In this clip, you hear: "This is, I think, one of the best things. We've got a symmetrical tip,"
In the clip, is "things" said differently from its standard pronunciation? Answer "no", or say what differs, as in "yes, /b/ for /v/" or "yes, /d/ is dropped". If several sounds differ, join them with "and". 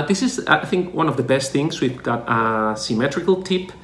no